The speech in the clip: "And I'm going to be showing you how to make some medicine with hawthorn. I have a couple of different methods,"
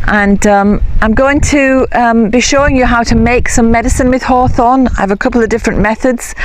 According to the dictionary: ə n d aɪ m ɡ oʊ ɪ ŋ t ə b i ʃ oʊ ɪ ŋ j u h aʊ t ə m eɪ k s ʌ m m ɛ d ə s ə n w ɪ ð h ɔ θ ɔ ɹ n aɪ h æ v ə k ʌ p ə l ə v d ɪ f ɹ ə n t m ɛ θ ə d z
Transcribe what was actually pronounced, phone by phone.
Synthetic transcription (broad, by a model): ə n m aɪ m ɡ oʊ ɪ ŋ t ə b i ʃ oʊ ɪ ŋ j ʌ h aʊ t ə m eɪ k s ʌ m m ɛ d ə s ə n w ɪ ð h ɔ θ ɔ n aɪ v ə k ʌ p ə l ə v d ɪ f ɹ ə n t m ɛ θ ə d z